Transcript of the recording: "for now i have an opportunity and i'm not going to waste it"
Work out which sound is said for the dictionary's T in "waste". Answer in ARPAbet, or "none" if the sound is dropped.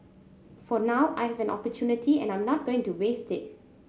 T